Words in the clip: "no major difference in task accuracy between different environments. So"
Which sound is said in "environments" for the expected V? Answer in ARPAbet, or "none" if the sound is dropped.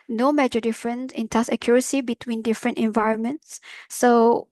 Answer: V